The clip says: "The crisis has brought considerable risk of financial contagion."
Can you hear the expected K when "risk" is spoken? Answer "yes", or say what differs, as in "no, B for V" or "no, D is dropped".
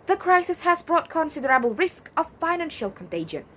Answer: yes